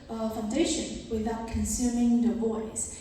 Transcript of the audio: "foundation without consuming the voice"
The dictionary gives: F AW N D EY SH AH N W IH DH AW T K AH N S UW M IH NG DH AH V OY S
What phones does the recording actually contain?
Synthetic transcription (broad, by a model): F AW N D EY SH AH N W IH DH AW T K AH N S UW M IH NG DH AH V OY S